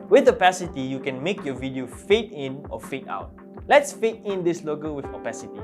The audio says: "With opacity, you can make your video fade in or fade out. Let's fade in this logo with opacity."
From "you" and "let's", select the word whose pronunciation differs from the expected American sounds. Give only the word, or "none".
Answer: none